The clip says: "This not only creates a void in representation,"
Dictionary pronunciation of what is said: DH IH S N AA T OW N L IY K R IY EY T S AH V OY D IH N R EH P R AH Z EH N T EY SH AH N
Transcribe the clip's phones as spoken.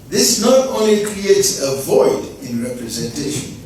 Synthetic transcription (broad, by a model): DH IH S N AA T OW N L IY K R IY EY T S AH V OY D IH N R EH P R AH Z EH N T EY SH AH N